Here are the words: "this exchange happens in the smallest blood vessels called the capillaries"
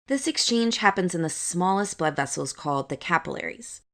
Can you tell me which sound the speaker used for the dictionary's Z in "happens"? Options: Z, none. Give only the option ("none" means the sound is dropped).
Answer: Z